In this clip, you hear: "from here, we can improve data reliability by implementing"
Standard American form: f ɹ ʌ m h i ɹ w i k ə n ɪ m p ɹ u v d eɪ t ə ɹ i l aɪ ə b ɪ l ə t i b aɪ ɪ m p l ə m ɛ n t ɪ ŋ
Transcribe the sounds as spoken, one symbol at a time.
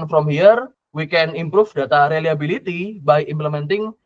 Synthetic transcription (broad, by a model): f ɹ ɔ m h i ɹ w i k ə n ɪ m p ɹ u f d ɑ t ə ɹ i l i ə b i l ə t i b aɪ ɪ m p l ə m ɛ n t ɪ ŋ